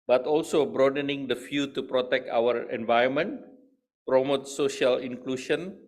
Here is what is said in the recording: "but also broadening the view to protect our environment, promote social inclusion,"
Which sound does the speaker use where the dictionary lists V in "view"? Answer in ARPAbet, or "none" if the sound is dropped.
F